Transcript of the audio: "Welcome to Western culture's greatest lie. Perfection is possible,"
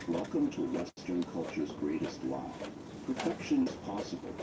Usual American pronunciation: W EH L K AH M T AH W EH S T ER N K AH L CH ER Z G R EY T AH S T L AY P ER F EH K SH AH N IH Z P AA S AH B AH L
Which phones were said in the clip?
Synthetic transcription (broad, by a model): W EH L K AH M T AH W EH S T ER N K AH L CH ER Z G R EY T AH S T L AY P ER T EH K SH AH N IH Z P AA S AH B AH L